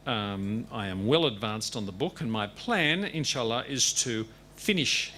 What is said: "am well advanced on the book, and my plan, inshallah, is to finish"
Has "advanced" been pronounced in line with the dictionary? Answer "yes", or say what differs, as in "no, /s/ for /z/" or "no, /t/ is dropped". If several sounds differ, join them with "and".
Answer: yes